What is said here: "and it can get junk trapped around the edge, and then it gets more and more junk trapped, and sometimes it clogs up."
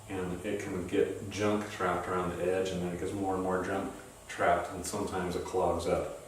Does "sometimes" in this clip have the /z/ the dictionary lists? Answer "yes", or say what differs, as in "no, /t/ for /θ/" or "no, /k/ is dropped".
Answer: yes